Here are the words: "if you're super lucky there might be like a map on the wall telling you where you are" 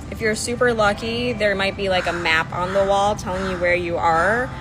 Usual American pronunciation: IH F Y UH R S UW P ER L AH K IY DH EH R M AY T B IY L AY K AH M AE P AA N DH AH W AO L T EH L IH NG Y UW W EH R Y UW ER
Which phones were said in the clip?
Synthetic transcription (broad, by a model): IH F Y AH R S UW P ER L AH K IY DH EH R M AY T B IY L AY K AH M AE P N DH AH W AO L T EH L IH NG Y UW W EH R Y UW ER